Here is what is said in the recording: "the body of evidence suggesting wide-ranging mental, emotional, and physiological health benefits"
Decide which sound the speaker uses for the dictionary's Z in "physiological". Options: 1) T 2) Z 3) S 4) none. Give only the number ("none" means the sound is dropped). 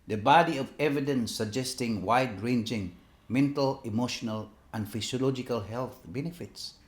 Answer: 3